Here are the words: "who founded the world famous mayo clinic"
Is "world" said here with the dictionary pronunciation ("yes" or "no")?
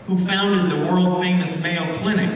yes